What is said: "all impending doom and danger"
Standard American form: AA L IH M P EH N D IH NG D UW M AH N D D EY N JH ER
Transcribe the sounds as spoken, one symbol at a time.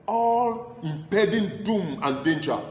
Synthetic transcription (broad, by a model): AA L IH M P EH D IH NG D UW M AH N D D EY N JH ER